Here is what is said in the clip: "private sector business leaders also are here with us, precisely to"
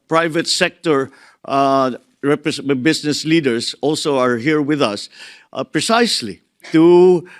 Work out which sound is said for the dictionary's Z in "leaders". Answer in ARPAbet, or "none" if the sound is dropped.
S